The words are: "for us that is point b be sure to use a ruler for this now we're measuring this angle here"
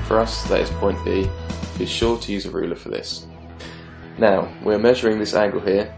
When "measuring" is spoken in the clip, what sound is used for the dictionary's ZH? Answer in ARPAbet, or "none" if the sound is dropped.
ZH